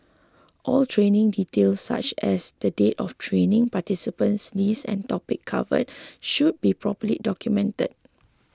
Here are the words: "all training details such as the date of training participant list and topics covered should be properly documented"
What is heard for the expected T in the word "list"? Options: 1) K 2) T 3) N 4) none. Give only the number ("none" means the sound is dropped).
4